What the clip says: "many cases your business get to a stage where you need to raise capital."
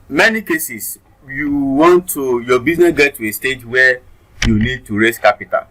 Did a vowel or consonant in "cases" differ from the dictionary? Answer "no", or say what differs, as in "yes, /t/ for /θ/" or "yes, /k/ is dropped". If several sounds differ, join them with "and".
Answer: yes, /s/ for /z/